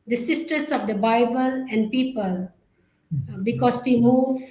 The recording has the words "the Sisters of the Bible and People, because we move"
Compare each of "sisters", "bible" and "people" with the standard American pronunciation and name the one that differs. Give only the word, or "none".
sisters